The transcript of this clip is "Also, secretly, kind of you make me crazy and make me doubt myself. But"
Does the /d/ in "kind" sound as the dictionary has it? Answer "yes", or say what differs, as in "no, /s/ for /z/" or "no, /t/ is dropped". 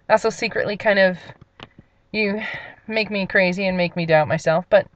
yes